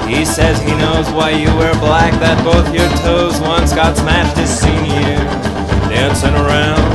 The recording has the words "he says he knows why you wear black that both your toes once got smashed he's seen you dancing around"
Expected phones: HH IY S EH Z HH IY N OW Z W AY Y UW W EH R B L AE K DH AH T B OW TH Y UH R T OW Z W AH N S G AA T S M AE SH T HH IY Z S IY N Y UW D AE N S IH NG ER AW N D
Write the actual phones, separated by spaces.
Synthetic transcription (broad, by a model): HH IY S EH Z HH IY N OW Z W AY Y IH W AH R B L AE K DH AH T B OW TH Y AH R T OW Z W AH N S G AA T S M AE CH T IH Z S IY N Y UW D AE N S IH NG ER AW N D